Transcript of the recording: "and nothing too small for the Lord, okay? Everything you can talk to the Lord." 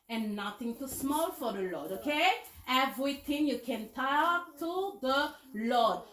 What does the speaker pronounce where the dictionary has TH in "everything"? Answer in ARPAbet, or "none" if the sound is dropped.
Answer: T